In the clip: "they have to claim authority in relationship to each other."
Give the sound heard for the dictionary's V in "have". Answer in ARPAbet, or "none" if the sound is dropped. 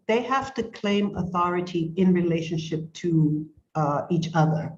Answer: F